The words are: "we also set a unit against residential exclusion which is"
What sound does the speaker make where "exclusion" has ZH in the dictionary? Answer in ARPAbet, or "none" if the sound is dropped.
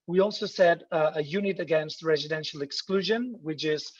ZH